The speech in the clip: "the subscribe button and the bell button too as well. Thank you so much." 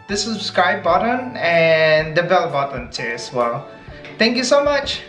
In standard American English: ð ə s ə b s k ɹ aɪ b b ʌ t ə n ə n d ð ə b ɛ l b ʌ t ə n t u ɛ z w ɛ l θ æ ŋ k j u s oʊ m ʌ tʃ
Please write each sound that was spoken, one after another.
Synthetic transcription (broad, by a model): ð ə s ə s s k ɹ aɪ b b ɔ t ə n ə n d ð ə b ɛ l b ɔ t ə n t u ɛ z w ɛ l t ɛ ŋ k j u s oʊ m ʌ tʃ